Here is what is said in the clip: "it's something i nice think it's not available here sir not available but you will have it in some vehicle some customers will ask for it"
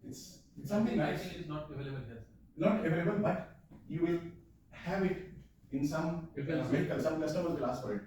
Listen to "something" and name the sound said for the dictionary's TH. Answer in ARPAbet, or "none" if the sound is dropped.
T